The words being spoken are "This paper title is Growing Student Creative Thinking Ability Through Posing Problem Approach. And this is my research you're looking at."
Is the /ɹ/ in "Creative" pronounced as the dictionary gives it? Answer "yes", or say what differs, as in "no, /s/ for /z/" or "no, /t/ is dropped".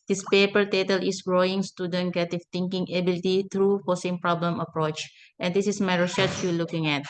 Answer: no, /ɹ/ is dropped